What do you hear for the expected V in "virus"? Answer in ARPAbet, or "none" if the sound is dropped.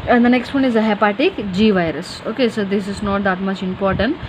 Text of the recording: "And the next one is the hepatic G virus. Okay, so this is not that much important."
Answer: V